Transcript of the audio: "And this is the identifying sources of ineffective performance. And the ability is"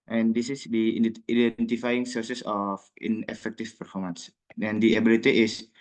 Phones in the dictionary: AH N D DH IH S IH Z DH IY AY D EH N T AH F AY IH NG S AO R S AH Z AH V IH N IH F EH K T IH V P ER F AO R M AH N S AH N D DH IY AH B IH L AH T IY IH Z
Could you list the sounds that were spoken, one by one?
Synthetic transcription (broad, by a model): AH N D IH S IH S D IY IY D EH N T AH F AY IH NG S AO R S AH S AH F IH N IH F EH K T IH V P ER F AO R M AH N S AH N D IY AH B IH L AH T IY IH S